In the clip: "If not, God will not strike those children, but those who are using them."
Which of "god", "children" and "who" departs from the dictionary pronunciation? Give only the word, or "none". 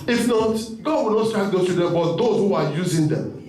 children